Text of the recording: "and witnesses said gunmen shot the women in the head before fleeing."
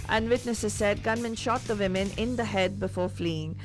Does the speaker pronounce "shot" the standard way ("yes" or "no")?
yes